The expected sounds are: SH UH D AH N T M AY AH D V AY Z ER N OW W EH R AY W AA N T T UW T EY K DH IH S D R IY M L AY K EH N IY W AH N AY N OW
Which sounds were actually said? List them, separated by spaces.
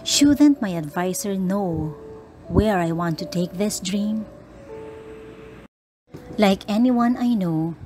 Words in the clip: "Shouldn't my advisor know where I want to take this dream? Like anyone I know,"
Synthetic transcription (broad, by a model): SH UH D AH N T M AY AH D V AY S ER N OW W EH R AY W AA N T T UW T EY K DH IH S D R IY M L AY K EH N IY W AH N AY N OW